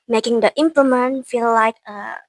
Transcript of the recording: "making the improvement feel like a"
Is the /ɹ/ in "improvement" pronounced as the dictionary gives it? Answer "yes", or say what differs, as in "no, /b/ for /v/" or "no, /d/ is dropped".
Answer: no, /l/ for /ɹ/